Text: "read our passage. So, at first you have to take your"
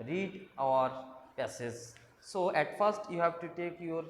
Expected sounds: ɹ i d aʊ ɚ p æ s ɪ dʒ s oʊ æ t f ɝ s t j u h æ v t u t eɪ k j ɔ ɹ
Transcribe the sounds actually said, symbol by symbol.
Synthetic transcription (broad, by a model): ɹ i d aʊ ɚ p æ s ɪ z s oʊ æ t f ɝ s t j u h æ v t u t eɪ k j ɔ ɹ